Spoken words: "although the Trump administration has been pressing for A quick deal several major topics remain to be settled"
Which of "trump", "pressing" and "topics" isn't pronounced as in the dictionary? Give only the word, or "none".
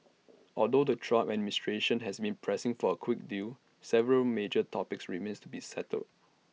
trump